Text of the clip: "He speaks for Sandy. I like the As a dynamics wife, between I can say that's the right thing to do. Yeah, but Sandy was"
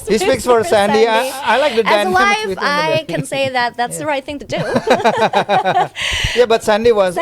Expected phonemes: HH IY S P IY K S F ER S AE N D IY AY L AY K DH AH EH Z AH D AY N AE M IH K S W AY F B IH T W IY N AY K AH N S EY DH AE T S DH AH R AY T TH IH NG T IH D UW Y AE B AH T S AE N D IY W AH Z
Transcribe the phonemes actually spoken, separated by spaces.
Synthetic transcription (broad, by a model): HH IY S P IY K S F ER S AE N D IY AY L AY K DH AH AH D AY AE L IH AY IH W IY AY K AH N S EY DH AE T S DH AH R AY T TH IH NG T IH D UW Y AE B AH T S AE N D IY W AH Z